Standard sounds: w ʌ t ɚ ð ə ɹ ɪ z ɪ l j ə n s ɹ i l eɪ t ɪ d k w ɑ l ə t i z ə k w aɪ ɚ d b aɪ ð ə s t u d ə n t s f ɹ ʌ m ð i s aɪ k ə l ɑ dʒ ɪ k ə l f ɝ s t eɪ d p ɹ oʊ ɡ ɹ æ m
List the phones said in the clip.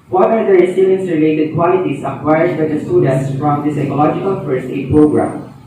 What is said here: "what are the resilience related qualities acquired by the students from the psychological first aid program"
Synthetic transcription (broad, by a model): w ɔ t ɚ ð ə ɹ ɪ s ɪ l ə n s ɹ i l eɪ t ɪ d k w ɑ l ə t i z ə k w aɪ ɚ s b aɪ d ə s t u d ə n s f ɹ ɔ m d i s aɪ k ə l ɑ dʒ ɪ k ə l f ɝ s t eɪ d p ɹ oʊ ɡ ɹ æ m